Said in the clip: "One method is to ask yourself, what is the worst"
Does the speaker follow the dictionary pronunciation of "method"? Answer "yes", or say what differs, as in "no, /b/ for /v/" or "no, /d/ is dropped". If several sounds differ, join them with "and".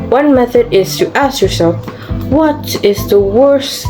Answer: yes